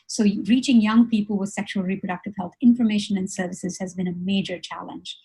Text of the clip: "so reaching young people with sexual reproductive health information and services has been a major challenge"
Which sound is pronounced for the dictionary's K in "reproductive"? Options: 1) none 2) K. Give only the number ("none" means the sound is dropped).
2